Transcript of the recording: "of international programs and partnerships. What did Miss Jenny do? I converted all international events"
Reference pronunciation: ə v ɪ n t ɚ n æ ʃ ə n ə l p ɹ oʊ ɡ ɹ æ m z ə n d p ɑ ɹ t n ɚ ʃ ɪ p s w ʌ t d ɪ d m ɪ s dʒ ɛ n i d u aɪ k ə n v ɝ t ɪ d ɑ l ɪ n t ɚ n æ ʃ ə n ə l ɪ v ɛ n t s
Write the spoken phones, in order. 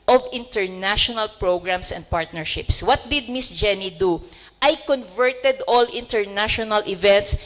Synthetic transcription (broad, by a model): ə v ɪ n t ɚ n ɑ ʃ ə n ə l p ɹ oʊ ɡ ɹ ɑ m s ə n d p ɑ ɹ t n ɚ ʃ ɪ p s w ʌ t d ɪ d m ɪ s dʒ ɛ n i d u aɪ k ə n v ɝ t ɪ d ɑ l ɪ n t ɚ n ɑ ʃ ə n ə l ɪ v ɛ n t s